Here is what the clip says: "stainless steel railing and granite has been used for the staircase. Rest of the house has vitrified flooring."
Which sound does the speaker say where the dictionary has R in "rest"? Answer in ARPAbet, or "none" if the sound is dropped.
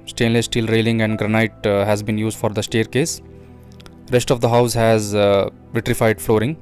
R